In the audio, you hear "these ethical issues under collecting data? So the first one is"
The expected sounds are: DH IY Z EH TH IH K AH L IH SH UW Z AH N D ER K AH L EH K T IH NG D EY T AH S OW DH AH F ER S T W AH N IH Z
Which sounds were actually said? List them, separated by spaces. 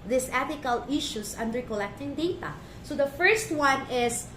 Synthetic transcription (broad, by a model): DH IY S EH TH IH K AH L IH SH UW S AH N D ER K AH L EH K T IH NG D EY T AH S OW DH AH F ER S T W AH N IH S